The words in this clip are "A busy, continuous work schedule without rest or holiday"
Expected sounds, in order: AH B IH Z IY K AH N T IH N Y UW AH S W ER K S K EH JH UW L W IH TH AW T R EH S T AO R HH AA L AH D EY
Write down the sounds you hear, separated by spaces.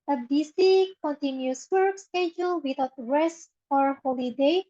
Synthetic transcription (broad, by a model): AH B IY S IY K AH N T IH N Y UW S W ER K S K EH JH UW L W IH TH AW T R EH S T AO R HH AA L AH D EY